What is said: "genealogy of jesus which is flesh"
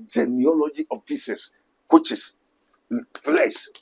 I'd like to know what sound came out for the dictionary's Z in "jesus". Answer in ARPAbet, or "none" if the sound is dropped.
S